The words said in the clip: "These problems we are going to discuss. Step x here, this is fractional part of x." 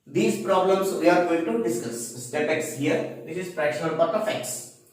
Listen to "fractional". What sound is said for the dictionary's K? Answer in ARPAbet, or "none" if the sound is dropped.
none